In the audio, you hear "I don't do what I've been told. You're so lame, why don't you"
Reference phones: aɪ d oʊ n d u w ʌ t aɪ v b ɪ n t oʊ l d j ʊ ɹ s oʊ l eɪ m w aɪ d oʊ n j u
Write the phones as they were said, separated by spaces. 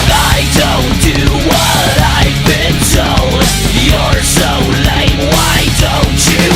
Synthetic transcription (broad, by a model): aɪ d oʊ n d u w ʌ t aɪ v b ɪ n s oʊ j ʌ ɹ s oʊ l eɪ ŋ w aɪ d oʊ n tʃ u